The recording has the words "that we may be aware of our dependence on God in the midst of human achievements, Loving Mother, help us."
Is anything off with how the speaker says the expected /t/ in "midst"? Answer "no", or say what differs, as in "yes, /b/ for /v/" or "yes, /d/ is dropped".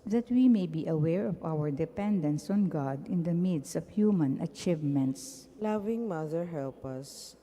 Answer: yes, /t/ is dropped